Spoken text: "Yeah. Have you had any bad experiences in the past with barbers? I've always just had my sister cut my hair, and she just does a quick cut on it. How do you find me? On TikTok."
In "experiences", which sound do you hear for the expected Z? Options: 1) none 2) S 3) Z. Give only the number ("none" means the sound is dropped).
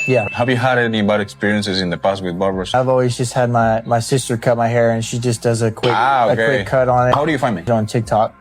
3